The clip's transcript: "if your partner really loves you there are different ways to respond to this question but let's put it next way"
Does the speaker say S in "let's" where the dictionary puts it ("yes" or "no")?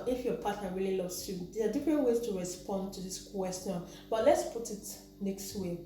yes